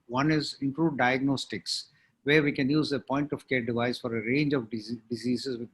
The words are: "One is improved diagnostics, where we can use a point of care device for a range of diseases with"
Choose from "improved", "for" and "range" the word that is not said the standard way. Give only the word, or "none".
improved